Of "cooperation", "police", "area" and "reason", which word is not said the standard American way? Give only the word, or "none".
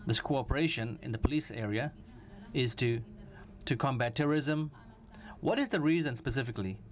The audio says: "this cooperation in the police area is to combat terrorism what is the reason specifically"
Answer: none